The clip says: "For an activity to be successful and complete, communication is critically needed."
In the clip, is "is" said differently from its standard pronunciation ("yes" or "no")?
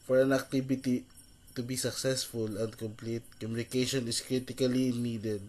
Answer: yes